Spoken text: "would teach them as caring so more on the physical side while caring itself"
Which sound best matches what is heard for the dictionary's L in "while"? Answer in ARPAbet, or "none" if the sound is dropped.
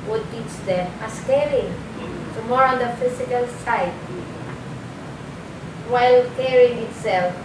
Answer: L